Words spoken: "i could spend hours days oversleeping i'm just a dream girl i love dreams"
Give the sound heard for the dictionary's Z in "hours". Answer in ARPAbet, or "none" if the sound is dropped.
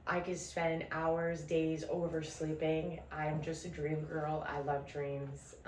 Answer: Z